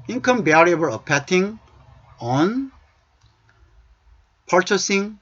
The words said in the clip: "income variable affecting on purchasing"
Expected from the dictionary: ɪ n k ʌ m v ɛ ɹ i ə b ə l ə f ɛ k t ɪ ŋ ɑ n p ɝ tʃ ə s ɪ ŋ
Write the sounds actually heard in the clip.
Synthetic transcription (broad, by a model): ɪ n k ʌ m b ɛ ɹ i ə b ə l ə p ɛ t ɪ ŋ ɑ n p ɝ tʃ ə s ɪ ŋ